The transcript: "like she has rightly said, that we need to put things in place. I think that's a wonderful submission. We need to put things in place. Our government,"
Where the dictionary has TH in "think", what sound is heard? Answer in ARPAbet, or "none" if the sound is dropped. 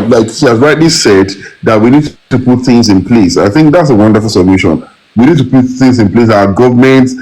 TH